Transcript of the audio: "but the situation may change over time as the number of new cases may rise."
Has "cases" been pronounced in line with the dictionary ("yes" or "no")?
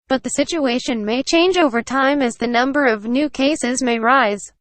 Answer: yes